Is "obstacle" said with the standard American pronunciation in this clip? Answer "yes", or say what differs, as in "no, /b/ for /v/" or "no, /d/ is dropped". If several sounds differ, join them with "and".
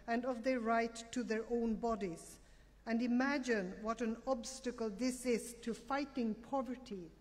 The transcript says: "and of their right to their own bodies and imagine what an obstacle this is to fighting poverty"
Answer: yes